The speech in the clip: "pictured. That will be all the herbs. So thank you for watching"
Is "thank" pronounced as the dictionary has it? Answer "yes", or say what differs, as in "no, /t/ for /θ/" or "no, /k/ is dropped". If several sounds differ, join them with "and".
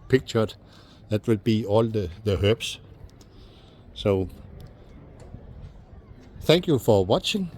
yes